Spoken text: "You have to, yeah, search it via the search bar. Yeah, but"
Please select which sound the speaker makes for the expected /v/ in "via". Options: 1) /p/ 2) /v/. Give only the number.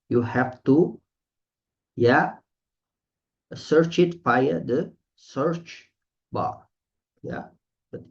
1